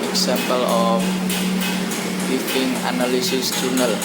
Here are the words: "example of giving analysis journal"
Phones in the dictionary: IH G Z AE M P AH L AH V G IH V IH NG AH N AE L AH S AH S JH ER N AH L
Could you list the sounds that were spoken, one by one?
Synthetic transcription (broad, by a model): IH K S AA M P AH L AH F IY F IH NG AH N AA L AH S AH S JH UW N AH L